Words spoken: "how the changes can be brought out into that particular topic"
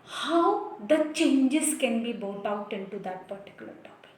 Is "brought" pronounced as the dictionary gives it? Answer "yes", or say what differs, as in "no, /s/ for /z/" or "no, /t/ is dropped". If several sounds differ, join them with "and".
no, /ɹ/ is dropped